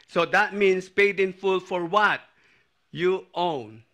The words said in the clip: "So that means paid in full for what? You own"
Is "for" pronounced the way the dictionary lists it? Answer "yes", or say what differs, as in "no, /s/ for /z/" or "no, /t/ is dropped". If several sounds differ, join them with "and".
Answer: yes